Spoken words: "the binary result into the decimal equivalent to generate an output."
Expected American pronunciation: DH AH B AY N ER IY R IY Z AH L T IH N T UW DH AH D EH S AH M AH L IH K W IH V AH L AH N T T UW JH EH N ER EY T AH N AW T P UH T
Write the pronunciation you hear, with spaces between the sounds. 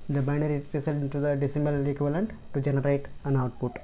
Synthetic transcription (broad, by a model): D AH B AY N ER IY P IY S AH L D IH N T UW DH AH D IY S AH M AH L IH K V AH L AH N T T UW JH EH N ER EY T AH N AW T P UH T